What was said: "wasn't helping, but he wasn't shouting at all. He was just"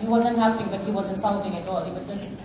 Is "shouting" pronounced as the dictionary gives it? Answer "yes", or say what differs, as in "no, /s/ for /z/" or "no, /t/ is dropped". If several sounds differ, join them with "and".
no, /s/ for /ʃ/